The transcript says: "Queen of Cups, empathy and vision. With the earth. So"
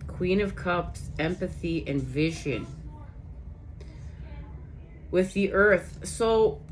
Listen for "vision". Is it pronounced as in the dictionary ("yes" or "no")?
yes